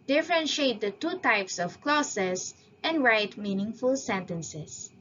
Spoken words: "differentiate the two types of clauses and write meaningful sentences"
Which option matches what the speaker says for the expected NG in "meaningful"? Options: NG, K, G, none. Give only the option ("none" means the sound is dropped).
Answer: NG